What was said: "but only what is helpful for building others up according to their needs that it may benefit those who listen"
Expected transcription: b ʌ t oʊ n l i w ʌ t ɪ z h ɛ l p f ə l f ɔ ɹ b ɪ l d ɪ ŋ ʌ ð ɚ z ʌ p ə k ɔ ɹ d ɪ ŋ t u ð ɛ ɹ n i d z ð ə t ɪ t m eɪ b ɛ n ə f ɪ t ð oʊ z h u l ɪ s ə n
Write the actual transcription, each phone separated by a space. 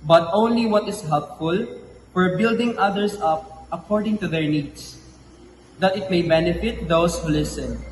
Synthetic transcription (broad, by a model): b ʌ t oʊ n l i w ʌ t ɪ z h ɛ l p f ə l f ɔ ɹ b ɪ l d ɪ ŋ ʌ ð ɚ s ʌ p ə k ɔ ɹ d ɪ ŋ t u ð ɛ ɹ n i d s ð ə t ɪ t m eɪ b ɛ n ə f ɪ t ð oʊ s h u l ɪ s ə n